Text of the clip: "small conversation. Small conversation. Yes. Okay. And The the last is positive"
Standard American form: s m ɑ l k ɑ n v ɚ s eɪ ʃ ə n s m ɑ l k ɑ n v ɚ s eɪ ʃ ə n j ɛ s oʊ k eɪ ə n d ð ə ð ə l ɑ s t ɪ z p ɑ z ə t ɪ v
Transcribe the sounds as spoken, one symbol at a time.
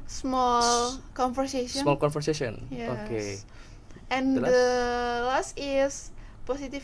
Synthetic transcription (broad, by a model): s m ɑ l k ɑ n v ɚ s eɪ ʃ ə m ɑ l k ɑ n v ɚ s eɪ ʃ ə n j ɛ oʊ k eɪ ə n d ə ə l ɑ s t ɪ s p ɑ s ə t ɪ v